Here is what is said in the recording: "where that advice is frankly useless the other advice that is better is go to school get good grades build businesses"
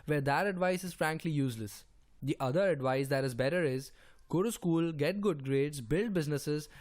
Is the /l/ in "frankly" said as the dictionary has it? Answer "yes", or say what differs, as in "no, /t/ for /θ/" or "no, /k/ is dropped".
yes